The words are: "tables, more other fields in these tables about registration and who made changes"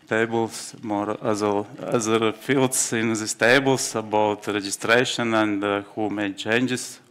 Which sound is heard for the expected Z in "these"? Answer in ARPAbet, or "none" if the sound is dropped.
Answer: S